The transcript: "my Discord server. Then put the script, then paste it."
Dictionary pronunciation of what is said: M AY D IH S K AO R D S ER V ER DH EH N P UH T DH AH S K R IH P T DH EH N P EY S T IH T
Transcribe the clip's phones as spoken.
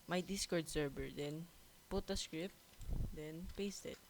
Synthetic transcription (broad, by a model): M AY D IH S K AO R D S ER B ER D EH N P UH T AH S K R IH P T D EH N P EY S T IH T